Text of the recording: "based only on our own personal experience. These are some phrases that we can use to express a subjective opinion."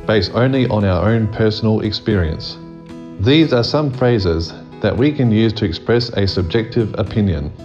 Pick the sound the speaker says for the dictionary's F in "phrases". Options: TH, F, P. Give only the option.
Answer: F